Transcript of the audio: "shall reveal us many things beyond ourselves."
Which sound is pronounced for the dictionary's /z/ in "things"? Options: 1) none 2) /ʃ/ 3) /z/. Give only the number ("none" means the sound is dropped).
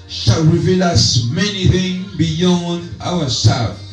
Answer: 1